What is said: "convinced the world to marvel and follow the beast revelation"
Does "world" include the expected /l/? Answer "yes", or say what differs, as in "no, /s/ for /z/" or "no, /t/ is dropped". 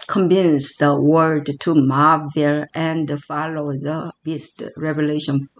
no, /l/ is dropped